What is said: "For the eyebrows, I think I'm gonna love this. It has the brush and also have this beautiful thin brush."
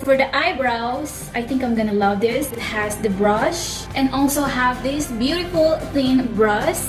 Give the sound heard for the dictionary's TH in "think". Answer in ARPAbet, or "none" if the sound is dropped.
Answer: T